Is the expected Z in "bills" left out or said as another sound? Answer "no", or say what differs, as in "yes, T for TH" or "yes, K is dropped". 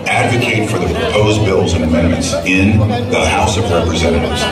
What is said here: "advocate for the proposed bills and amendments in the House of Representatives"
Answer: no